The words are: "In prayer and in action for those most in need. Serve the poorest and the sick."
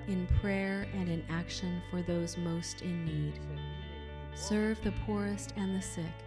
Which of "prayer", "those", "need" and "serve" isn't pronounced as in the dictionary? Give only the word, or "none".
none